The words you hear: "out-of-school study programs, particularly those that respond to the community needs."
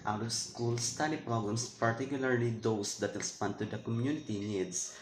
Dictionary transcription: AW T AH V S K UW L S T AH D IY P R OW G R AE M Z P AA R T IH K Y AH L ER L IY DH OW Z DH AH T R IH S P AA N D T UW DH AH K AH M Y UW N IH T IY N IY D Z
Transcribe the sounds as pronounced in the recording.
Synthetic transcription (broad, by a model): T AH W S K UW L S T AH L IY P R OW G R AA M S P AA R T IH K Y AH L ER L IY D OW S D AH T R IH S P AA N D T UW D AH K AH M Y UW N IH T IY N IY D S